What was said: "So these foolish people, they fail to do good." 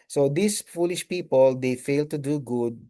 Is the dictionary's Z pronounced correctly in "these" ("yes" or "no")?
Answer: no